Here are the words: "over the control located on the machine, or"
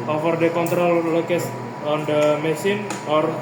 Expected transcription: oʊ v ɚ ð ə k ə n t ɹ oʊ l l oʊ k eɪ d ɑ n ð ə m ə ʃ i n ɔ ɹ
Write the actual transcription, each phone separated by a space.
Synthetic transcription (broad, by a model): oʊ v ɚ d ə k ə n t ɹ oʊ l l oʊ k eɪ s ɑ n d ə m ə s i n ɔ ɹ